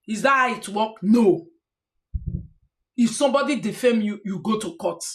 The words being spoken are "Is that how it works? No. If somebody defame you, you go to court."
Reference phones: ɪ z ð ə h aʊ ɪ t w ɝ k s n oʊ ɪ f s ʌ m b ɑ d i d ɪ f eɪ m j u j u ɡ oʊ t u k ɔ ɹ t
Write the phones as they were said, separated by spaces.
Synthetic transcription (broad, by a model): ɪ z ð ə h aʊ ɪ t w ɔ k n oʊ ɪ f s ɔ m b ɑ d i d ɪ f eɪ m j u j u ɡ oʊ t u k ɔ t